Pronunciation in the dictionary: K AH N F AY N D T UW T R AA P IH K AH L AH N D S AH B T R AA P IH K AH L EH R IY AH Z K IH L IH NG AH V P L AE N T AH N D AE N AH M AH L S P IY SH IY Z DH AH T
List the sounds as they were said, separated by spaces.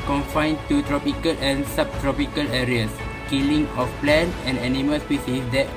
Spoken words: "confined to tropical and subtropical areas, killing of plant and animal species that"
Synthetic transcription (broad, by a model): K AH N F AY N T UW T R AA P IH K AH L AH N S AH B T R AA P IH K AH L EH R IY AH S K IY L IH NG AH F P L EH N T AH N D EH N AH M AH L S P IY S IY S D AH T